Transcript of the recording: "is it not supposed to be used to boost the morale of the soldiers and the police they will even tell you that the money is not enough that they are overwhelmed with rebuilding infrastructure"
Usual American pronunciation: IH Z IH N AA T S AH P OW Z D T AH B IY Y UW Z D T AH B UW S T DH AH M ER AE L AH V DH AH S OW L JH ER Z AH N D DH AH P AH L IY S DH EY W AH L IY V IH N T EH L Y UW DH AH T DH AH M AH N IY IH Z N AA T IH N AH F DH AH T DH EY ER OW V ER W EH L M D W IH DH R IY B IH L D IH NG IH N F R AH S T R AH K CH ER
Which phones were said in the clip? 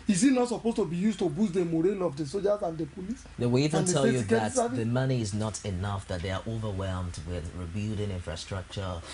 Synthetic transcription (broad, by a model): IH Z IH N AA T S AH P OW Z T AH B IY Y UW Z T AH B UW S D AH M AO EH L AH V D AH S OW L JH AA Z AH N D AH P AH L IY S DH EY W AH L IY V IH N T EH L Y UW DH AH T DH AH M AH N IY IH Z N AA T IH N AH F DH AH T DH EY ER OW V ER W EH L M D W IH DH R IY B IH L D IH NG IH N F R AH S T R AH K CH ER